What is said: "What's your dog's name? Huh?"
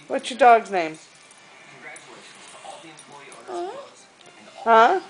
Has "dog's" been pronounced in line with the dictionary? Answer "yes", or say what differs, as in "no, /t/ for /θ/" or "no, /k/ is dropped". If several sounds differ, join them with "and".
no, /z/ is dropped